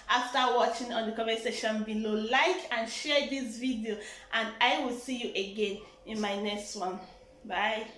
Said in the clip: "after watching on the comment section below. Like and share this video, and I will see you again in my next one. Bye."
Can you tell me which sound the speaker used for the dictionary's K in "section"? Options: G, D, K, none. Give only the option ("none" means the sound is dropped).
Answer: none